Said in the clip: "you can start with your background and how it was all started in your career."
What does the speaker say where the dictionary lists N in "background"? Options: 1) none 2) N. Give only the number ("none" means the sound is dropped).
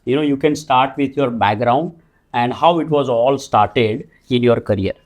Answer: 2